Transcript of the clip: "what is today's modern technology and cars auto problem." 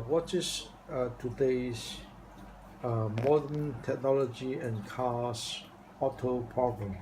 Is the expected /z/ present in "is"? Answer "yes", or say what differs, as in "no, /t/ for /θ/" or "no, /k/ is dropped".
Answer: no, /s/ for /z/